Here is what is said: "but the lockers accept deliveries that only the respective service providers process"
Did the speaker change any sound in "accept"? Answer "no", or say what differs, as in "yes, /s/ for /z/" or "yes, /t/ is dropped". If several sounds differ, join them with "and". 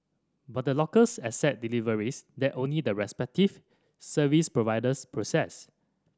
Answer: yes, /k/ is dropped and /p/ is dropped